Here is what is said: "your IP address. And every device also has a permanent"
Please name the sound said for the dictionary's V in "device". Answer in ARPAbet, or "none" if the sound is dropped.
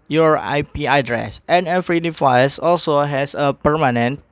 F